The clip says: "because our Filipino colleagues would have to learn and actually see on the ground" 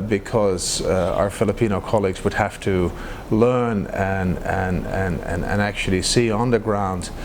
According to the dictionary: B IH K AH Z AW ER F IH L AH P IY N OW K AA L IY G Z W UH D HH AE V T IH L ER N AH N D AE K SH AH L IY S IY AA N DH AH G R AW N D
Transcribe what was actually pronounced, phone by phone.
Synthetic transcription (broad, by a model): B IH K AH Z AW ER F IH L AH P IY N OW K AA L IY G Z W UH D HH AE F T IH L ER N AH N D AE K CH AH L IY S IY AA N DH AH G R AW N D